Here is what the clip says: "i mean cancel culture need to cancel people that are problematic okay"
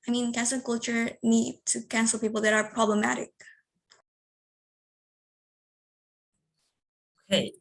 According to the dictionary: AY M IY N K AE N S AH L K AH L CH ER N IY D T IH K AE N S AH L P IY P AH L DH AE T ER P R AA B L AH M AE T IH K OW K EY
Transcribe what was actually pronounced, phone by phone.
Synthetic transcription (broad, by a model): AY M IY N K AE N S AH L K AH L CH ER N IY D T IH K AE N S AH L P IY P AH L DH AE T ER P R AA B L AH M AE T IH K OW K EY